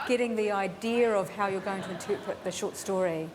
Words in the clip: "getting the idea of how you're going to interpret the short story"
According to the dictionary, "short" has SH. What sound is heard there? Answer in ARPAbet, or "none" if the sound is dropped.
SH